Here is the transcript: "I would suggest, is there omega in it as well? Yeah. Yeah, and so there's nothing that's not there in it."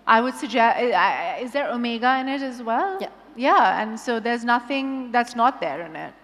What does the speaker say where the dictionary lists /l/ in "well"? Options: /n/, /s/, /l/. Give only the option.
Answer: /l/